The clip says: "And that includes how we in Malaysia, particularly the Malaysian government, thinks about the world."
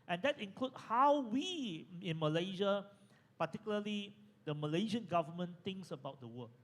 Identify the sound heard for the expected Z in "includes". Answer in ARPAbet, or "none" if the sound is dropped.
none